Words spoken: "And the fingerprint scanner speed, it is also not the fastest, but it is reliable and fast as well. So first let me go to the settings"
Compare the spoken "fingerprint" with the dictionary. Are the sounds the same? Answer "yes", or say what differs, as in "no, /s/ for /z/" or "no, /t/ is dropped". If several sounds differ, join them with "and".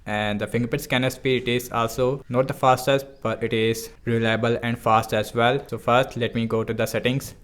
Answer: no, /ɹ/ is dropped and /n/ is dropped